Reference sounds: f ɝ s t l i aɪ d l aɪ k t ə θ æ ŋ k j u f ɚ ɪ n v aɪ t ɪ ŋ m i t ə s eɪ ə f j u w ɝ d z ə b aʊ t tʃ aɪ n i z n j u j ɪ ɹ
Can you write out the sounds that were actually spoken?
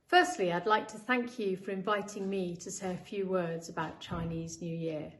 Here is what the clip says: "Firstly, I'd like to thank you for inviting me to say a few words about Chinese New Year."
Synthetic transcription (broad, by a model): f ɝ s t l i aɪ d l aɪ k t ə θ æ ŋ k j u f ɚ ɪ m v aɪ t ɪ ŋ m i t ə s eɪ ə f j u w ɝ d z ə b aʊ t tʃ aɪ n i z n j u j ɪ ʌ